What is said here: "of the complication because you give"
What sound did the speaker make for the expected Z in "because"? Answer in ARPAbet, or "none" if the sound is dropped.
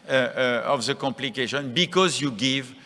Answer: Z